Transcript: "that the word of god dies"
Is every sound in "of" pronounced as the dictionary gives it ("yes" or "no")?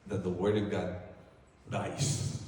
yes